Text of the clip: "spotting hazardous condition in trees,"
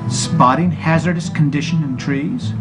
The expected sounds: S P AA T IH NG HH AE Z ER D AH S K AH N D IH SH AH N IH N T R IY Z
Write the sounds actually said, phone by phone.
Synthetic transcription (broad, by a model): S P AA T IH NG HH AE Z ER D AH S K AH N D IH SH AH N IH N T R IY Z